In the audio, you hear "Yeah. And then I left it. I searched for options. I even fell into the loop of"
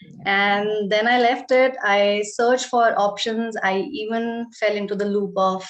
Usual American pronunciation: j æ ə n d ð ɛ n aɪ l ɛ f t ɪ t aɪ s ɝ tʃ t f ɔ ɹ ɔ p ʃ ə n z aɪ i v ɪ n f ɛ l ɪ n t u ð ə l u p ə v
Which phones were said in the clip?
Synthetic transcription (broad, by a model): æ ə n d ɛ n aɪ l ɛ f t ɪ t aɪ s ɝ tʃ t f ɔ ɹ ɔ p ʃ ə n z aɪ i v ɪ n f ɛ l ɪ n t u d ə l u p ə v